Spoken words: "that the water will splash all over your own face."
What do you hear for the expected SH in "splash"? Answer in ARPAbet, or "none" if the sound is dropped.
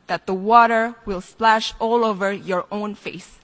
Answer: SH